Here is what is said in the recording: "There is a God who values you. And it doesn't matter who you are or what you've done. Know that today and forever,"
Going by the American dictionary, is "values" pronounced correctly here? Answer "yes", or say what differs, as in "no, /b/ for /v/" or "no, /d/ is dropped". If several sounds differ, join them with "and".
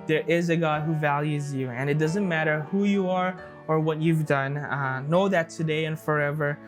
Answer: yes